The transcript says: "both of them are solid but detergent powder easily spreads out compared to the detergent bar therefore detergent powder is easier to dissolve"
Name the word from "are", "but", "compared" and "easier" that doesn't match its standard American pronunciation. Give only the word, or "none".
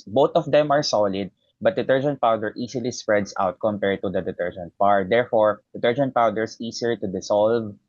easier